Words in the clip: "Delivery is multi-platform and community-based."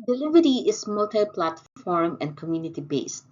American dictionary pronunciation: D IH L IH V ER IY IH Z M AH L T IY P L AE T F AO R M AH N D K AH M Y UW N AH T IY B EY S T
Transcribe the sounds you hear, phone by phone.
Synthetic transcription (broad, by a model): D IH L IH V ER IY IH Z M AH L T IY P L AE T F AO R M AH N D K AH M Y UW N AH T IY B EY S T